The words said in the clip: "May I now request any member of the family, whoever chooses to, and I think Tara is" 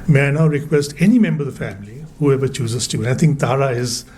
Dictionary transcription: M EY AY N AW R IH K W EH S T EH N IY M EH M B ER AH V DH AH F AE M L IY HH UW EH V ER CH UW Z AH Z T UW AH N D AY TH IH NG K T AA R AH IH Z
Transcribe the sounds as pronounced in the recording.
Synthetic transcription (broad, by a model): M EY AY N AW R IH K W EH S T EH N IY M EH M B ER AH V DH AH F AE M L IY HH UW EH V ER CH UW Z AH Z T UW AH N AY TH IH NG K T AA R AH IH Z